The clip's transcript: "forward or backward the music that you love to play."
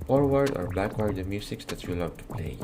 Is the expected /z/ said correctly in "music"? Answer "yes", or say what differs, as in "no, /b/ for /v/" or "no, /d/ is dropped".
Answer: no, /s/ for /z/